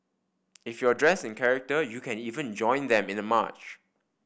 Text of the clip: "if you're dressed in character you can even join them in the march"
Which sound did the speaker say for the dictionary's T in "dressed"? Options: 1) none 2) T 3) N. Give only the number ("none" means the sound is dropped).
1